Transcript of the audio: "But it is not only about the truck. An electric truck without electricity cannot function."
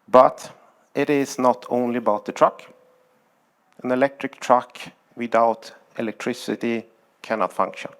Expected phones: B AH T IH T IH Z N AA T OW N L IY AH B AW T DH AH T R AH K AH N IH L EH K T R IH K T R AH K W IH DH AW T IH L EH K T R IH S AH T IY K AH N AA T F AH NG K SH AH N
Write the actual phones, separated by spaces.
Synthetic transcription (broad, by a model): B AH T IH T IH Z N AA T OW N L IY AH B AW T DH AH T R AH K AH N IH L EH K T R IH K T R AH K W IH DH AW T IH L EH K T R IH S AH T IY K AH N AA T F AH NG K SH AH N